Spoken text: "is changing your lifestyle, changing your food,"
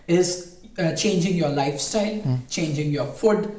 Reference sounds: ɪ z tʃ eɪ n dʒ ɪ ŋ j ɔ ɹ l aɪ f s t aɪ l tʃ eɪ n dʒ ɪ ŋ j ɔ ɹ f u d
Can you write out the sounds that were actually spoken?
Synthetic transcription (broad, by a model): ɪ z tʃ eɪ n dʒ ɪ ŋ j ɔ ɹ l aɪ f s t aɪ l tʃ eɪ n dʒ ɪ ŋ j ɔ ɹ f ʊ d